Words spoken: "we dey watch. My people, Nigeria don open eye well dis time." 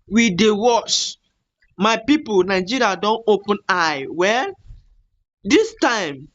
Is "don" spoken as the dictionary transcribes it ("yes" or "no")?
yes